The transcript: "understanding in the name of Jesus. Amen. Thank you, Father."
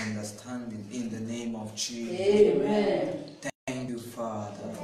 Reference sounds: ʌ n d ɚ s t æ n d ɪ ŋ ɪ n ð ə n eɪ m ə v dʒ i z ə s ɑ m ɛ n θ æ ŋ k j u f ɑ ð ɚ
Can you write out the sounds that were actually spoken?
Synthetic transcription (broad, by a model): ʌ n d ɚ s t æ n d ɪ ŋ ɪ n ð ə n eɪ m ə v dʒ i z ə ɑ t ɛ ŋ k j u f ɑ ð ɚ